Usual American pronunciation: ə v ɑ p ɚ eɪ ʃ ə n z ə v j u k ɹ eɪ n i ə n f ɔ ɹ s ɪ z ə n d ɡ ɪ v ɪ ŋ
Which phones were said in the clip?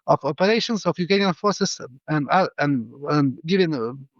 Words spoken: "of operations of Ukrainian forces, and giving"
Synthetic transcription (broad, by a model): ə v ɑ p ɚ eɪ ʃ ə n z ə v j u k eɪ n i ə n f ɔ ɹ s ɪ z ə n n ɡ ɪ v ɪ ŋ